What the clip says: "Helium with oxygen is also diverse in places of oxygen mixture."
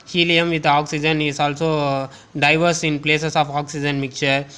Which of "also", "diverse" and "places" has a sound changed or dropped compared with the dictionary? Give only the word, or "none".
places